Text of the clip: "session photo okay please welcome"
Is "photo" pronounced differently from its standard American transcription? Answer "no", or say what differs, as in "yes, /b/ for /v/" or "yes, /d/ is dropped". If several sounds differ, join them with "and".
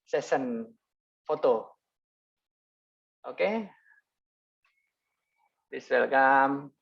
no